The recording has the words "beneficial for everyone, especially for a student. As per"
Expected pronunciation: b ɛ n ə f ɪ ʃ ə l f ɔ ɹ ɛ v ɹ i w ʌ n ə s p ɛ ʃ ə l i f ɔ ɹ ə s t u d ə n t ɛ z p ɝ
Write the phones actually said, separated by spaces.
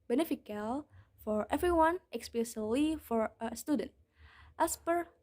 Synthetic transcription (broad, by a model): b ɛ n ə f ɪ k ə l f ɔ ɹ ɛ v ɹ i w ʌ n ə s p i s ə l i f ɔ ɹ ə s t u d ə n t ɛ s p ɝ